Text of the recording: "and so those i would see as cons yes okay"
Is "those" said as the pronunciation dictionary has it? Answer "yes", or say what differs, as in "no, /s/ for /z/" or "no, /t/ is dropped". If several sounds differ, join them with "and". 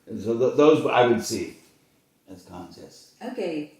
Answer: yes